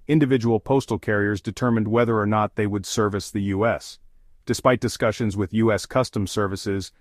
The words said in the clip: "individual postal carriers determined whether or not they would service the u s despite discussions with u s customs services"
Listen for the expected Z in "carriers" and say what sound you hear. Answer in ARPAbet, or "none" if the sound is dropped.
Z